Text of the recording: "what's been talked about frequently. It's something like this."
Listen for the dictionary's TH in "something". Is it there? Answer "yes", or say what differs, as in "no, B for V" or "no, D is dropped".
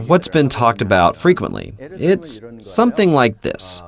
yes